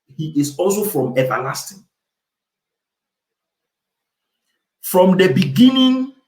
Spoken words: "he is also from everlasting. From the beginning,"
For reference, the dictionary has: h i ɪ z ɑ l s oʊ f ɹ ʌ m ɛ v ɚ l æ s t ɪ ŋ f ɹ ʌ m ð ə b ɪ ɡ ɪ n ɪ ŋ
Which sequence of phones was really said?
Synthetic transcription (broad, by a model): h i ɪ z ɑ l s oʊ f ɹ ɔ m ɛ v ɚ l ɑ s t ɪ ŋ f ɹ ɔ m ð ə b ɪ ɡ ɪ n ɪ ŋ